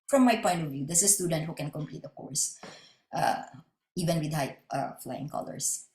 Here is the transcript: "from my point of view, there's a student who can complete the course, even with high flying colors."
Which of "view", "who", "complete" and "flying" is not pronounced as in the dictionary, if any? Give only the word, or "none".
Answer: none